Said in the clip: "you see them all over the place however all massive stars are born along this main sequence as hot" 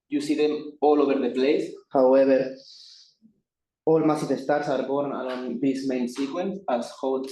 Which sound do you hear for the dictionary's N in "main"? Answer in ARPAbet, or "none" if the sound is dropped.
N